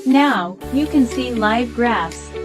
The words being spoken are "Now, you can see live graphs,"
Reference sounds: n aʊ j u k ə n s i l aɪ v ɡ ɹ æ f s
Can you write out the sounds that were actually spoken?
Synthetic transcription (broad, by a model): n aʊ j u k ə n s i l aɪ v ɡ ɹ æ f s